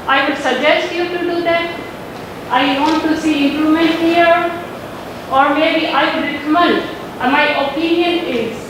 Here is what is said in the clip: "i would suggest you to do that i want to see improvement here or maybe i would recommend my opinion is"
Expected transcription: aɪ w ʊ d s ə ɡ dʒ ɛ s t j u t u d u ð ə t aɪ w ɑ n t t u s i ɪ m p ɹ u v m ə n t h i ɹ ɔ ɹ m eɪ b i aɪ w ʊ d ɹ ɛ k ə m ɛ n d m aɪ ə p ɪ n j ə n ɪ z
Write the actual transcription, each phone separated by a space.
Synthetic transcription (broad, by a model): aɪ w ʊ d s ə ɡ dʒ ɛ s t j u t u d u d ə t aɪ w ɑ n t t u s i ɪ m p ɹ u m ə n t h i ɹ ɔ ɹ m eɪ b i aɪ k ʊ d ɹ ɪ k m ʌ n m aɪ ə p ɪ n j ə n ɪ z